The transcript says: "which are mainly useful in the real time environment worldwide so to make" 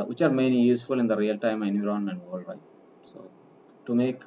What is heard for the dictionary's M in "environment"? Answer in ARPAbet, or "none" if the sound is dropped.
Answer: none